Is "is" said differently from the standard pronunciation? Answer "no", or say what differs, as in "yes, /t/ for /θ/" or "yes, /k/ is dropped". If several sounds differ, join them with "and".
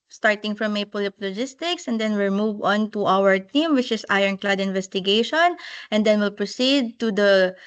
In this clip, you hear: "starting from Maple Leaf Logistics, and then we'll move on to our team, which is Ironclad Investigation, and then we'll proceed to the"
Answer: yes, /s/ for /z/